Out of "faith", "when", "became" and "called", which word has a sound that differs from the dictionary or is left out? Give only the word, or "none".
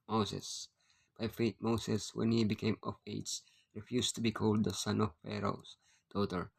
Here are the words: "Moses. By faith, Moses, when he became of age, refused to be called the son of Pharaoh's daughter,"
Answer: faith